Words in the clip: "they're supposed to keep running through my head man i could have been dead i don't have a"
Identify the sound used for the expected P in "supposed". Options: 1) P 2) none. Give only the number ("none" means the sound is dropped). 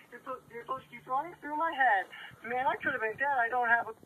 2